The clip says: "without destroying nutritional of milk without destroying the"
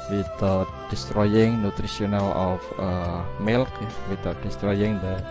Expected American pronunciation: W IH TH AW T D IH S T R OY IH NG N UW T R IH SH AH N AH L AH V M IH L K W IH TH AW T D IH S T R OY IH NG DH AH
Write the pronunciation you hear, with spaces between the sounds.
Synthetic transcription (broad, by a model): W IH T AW T D IH S T R OY IH NG N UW T R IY S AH N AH L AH F M IH L K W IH T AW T D IH S T R OY IH NG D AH